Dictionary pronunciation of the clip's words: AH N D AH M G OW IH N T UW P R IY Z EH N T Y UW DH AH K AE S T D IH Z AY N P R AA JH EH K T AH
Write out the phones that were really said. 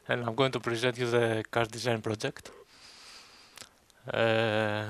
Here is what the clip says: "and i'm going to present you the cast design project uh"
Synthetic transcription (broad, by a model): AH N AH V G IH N T UW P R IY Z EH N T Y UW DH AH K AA T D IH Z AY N P R AA JH EH K T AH